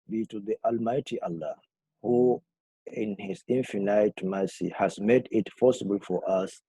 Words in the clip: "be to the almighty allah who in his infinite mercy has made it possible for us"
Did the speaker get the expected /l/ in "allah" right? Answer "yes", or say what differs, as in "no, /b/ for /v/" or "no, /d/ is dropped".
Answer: yes